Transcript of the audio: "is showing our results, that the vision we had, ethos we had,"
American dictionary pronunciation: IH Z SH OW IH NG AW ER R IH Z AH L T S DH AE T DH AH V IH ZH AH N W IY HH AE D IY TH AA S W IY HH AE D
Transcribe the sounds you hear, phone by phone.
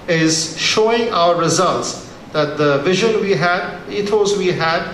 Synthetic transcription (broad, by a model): IH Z SH OW IH NG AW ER R IH Z AH L T S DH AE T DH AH V IH ZH AH N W IY HH AE D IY T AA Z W IY HH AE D